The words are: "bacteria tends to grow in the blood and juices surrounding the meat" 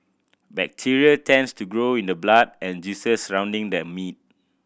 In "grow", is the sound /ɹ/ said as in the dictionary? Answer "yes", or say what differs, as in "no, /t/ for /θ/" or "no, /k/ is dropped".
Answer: yes